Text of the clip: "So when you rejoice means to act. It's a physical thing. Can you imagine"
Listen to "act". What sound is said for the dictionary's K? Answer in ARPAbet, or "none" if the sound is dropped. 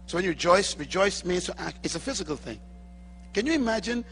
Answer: K